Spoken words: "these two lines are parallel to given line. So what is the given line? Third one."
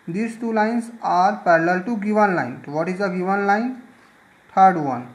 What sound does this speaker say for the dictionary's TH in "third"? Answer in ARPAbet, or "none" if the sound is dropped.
T